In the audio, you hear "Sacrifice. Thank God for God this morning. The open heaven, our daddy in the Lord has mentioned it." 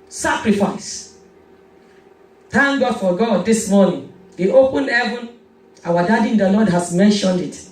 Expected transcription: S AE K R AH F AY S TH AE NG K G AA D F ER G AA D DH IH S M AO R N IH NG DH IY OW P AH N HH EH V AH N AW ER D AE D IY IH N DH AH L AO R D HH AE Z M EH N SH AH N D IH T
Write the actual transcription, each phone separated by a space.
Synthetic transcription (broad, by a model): S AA K R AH F AY S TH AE NG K G AA D F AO G AA D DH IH S M AO N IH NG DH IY OW P AH N HH EH V AH N AW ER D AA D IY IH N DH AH L AO D HH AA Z M EH N SH AH N D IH T